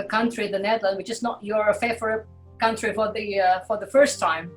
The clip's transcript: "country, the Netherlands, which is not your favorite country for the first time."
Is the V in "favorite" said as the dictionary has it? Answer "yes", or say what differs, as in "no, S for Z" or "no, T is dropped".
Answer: no, F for V